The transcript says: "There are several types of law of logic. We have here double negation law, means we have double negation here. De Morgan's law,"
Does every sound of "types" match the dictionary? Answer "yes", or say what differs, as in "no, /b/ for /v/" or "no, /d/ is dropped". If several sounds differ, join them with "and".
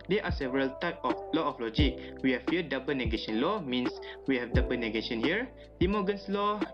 no, /s/ is dropped